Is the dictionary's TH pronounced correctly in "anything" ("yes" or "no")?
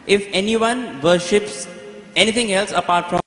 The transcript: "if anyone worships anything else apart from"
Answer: no